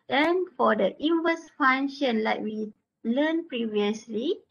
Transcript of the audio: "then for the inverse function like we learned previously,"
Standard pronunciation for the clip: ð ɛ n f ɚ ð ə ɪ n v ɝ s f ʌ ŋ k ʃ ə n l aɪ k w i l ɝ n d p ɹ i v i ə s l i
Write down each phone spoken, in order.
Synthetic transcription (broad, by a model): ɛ n f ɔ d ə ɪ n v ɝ s f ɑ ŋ ʃ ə n l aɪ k w i l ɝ n p ɹ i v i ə s l i